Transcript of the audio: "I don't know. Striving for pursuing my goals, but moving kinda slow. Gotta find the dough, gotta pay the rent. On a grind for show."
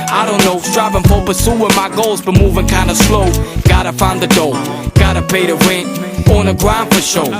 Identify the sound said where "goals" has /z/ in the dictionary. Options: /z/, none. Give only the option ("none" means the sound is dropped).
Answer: /z/